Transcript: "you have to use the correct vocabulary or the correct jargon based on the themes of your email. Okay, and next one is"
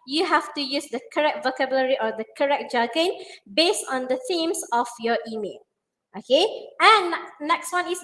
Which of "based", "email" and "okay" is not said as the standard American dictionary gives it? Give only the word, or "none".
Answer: none